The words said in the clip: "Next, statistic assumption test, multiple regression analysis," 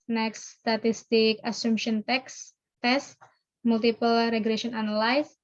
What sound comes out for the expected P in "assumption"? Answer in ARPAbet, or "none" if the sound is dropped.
none